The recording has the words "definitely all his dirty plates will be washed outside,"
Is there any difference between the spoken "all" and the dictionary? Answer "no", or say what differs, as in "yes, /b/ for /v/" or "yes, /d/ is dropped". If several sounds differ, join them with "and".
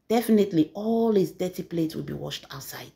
no